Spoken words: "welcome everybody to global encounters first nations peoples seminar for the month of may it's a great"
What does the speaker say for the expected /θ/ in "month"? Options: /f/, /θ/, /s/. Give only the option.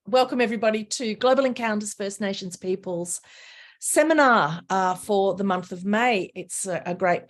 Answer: /θ/